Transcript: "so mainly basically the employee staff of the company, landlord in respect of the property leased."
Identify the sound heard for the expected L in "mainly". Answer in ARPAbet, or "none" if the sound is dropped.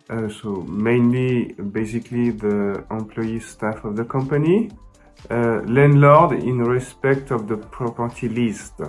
L